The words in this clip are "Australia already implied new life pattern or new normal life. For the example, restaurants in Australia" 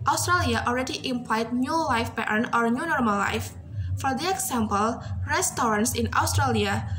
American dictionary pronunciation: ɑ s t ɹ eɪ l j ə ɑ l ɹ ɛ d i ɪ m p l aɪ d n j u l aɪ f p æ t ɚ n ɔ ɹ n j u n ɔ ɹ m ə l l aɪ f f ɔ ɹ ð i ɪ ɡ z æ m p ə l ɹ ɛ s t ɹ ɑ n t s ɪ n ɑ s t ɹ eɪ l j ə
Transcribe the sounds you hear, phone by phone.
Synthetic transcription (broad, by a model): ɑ s t ɹ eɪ l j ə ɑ l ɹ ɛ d i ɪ m p l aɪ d n j u l aɪ f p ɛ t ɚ n ɔ ɹ n j u n ɔ ɹ m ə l l aɪ f f ɔ ɹ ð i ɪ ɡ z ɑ m p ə l ɹ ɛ s t ɹ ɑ n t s ɪ n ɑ s t ɹ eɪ l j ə